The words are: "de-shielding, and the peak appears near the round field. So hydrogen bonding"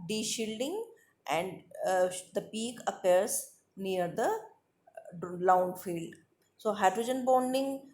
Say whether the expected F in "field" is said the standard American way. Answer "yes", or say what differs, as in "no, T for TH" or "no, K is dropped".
yes